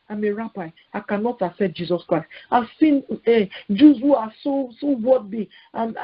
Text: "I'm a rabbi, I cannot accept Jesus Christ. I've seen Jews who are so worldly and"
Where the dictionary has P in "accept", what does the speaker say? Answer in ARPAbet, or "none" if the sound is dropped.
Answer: none